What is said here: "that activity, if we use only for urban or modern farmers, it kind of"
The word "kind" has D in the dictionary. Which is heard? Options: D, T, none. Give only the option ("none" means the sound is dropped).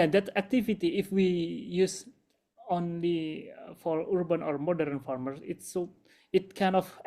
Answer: none